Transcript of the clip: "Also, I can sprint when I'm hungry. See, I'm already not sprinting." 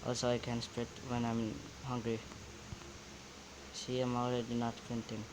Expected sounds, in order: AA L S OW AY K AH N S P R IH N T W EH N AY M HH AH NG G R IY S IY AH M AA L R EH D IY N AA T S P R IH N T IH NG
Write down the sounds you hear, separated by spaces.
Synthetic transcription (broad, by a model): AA L S OW AY K AH N S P R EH T W EH N AY M HH AH NG G R IY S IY AH M AA L R EH D IY N AA T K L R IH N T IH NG